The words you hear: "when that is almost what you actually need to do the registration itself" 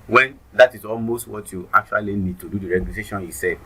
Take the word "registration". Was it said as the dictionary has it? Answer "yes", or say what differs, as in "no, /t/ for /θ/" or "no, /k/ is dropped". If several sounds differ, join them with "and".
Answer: no, /s/ is dropped and /ɹ/ is dropped